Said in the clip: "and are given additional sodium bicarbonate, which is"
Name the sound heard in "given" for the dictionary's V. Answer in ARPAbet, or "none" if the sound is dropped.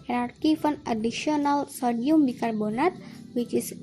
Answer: F